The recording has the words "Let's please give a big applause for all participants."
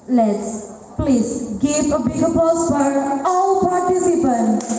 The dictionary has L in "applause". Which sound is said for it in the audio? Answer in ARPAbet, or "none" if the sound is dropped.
none